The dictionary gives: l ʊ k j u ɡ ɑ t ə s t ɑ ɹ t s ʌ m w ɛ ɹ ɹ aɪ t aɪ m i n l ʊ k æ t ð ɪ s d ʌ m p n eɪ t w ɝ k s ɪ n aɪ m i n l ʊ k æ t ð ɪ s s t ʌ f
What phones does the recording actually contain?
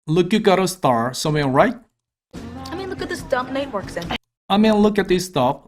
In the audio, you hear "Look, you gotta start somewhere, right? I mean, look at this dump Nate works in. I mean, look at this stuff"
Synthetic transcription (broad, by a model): l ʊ k j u ɡ ɑ t ə s t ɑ ɹ s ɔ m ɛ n ɹ aɪ t aɪ m i n l ʊ k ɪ t ð ɪ s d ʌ m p n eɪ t w ɝ k s ɪ n aɪ m i n l ʊ k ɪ t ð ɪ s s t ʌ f